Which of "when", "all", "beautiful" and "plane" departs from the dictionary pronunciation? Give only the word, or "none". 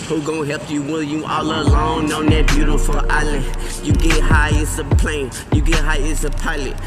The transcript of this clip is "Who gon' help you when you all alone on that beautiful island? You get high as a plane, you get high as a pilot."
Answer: when